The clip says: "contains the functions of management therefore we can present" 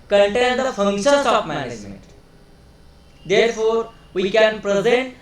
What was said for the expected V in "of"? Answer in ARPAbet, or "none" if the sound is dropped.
P